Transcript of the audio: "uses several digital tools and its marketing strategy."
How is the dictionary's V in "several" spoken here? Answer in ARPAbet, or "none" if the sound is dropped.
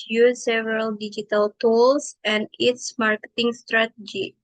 none